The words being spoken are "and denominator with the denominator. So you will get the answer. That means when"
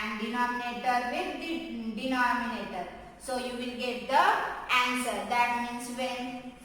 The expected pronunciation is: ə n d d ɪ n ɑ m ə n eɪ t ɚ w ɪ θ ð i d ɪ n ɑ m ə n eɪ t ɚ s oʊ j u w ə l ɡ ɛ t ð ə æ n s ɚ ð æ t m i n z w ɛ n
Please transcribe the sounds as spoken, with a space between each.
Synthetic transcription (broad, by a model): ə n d d ɪ n ɑ m ə n eɪ t ɚ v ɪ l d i d ɪ n ɑ m ə n eɪ t ɚ s oʊ j u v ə l ɡ ɛ t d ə æ n s ɚ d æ t m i n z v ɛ n